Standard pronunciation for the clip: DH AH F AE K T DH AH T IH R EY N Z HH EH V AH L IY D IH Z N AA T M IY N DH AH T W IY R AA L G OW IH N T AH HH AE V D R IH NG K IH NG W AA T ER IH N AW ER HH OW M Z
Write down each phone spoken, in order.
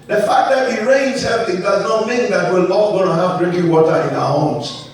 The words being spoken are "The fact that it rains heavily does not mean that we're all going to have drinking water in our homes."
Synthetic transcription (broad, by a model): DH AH F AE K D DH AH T IH R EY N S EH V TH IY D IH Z N AA T M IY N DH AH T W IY L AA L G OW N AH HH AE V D R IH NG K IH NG W AA T ER IH N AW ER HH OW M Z